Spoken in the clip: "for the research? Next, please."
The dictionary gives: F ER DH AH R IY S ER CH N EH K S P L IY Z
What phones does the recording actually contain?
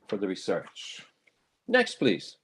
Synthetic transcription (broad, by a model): F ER DH AH R IY S ER CH N EH K S P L IY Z